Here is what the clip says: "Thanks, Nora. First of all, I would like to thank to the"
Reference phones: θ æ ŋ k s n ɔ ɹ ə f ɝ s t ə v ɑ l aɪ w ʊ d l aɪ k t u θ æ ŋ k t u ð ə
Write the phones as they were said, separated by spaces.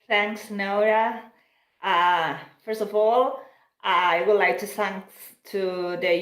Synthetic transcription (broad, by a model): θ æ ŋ k s n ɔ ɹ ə f ɝ s t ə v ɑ l aɪ w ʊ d l aɪ k t u s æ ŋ t u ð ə